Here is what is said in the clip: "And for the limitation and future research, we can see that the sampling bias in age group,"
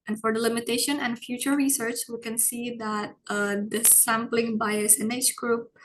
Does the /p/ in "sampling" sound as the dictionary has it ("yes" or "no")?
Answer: yes